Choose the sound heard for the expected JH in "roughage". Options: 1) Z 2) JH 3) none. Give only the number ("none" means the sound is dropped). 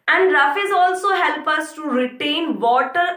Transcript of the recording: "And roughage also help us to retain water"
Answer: 1